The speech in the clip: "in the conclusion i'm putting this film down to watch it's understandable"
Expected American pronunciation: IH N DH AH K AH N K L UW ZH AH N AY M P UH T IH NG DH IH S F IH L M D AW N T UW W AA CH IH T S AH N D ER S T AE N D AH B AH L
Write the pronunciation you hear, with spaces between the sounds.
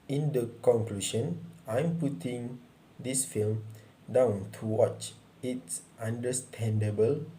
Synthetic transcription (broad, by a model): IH N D AH K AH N K L UW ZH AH N AY M P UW T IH NG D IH S F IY L M D AW N T UW W AA CH IH T S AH N D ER S T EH N D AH B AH L